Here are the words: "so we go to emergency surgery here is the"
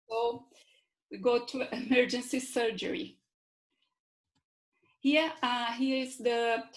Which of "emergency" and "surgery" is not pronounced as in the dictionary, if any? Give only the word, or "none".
none